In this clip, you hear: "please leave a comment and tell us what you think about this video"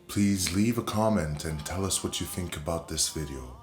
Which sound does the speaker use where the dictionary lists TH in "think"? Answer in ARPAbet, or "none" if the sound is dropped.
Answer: TH